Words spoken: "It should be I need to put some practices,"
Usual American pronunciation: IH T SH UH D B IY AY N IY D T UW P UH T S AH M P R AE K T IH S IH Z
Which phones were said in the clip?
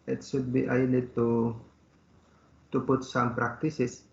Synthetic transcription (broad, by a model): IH T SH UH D B IY AY L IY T T UW P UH T S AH M P R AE K T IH S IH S